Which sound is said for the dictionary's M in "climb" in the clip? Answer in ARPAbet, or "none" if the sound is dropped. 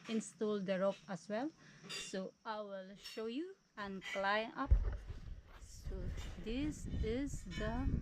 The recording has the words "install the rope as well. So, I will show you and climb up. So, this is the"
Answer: none